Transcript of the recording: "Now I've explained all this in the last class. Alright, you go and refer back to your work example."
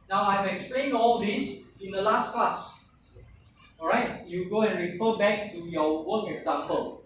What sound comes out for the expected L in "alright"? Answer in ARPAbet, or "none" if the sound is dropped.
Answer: none